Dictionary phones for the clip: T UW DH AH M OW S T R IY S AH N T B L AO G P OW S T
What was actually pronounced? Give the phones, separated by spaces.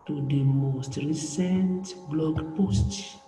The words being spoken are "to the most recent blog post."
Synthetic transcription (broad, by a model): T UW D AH M OW S T R IY S AH N T B L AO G P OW S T